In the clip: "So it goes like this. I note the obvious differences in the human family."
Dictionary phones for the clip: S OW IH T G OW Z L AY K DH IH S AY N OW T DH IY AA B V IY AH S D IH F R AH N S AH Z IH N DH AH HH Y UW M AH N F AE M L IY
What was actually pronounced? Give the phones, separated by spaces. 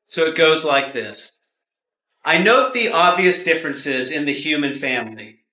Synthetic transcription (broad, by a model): S OW IH T G OW Z L AY K DH IH S AY N OW T DH IY AA B V IY AH S D IH F R AH N S AH Z IH N DH AH HH Y UW M AH N F AE M L IY